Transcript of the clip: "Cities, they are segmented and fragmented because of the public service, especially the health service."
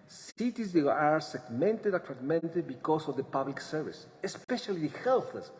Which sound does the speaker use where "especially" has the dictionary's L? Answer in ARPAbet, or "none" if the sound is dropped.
none